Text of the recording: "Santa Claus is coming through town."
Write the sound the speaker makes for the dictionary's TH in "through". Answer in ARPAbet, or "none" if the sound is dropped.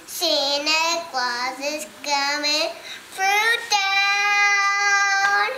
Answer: F